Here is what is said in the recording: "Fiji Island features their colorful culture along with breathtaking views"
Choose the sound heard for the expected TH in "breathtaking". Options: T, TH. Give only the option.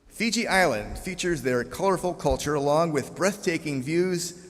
TH